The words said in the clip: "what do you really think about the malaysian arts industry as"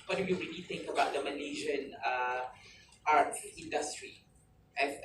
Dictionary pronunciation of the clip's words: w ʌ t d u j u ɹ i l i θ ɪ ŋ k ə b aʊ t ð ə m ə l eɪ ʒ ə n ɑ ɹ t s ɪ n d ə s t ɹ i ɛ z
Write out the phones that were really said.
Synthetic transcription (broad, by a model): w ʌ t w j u ɹ i l i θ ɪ ŋ k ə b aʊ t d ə m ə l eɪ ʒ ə n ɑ ɹ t ɪ n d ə s t ɹ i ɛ